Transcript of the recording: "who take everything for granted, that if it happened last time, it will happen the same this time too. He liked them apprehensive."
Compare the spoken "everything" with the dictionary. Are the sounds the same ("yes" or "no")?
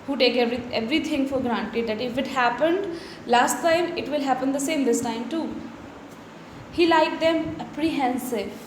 no